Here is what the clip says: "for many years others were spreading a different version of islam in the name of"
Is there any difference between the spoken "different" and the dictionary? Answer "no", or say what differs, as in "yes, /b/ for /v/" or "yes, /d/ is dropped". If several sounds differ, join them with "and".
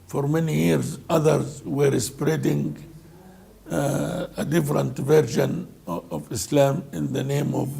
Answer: no